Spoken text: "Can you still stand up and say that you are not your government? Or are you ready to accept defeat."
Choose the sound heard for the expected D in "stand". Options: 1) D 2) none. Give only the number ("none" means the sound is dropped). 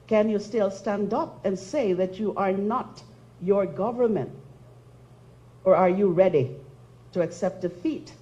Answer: 1